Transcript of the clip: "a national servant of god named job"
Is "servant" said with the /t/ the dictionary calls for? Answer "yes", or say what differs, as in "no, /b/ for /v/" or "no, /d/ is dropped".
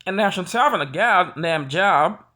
no, /t/ is dropped